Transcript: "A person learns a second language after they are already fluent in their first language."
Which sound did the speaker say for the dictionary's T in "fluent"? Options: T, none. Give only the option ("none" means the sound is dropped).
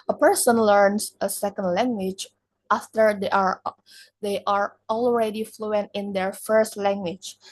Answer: T